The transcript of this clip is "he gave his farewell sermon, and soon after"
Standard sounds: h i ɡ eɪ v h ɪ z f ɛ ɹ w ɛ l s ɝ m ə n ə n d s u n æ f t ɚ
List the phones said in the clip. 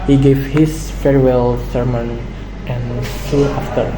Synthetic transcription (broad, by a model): h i ɡ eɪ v h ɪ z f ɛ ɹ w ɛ l s ɝ m ə n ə n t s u æ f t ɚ